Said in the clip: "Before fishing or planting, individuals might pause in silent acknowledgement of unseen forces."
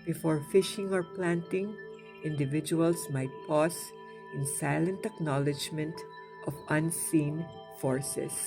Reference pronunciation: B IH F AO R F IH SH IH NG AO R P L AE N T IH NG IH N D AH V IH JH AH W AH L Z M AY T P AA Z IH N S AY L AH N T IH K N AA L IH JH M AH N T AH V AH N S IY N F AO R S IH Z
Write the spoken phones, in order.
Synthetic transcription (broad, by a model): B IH F AO R F IH SH IH NG AO R P L AE N T IH NG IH N D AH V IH JH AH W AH L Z M AY T P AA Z IH N S AY L AH N T IH K N AA L IH JH M AH N T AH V AH N S IY N F AO R S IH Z